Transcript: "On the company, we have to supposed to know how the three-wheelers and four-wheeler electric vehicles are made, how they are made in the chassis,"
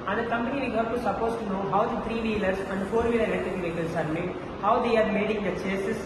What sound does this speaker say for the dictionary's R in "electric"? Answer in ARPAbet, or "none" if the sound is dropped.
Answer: none